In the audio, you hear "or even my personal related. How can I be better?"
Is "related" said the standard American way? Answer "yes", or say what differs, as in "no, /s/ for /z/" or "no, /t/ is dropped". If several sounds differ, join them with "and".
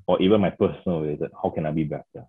no, /w/ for /ɹ/